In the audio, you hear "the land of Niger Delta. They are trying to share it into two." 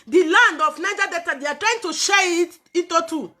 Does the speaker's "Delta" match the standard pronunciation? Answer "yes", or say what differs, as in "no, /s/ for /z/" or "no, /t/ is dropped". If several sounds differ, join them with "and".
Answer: no, /l/ is dropped